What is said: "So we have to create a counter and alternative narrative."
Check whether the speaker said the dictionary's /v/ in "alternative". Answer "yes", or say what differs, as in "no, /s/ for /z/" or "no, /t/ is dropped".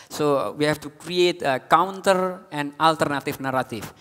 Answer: no, /f/ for /v/